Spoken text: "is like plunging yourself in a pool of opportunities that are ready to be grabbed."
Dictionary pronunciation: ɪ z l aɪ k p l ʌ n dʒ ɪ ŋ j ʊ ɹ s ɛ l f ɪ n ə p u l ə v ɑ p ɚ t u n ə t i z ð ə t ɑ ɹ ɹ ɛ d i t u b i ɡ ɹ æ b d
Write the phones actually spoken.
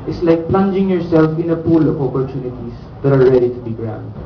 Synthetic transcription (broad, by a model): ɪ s l aɪ k p l ʌ n dʒ ɪ ŋ j ʊ ɹ s ɛ l f ɪ n ə p u l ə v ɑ p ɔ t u n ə t i s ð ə t ɑ ɹ ɹ ɛ d i t u b i ɡ ɹ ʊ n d